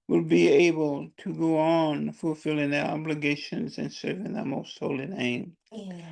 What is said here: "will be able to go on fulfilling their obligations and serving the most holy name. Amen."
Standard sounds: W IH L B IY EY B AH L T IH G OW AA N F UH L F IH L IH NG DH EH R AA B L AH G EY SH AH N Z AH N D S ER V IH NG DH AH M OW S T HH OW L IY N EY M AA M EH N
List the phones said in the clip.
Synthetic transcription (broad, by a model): W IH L B IY EY B AH L T IH G OW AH N F UH L F IH L IH NG DH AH R AA B L AH G EY SH AH N Z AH N S ER V IH NG DH AH M OW S T HH OW L IY N EY AA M